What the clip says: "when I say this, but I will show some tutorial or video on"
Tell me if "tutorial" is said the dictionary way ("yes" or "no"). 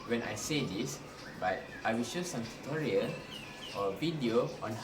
no